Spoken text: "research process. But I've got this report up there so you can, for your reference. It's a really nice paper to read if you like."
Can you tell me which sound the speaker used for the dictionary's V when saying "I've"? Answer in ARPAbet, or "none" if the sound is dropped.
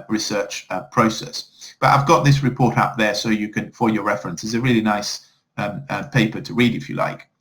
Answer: V